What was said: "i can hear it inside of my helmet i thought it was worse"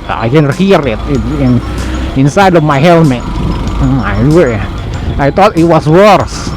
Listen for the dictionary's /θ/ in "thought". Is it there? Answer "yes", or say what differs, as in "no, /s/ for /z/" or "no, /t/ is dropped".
no, /t/ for /θ/